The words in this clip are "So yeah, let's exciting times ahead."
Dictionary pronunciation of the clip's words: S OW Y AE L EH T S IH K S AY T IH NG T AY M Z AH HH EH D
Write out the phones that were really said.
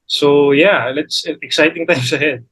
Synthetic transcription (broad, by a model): S OW Y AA L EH T S IH K S AY T IH NG T AY M S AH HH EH D